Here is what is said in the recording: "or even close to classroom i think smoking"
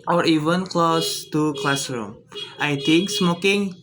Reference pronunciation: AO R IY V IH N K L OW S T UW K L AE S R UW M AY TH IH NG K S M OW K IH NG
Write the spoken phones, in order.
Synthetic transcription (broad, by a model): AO R IY V IH N K L OW S T UW K L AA S R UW M AY T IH NG K S M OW K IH NG